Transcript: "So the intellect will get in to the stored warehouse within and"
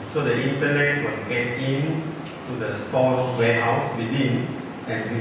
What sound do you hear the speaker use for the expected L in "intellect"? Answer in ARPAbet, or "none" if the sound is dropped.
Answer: N